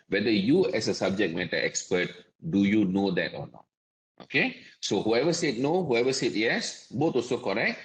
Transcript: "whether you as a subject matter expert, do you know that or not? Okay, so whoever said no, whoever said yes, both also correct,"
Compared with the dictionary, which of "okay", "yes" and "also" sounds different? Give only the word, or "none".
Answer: also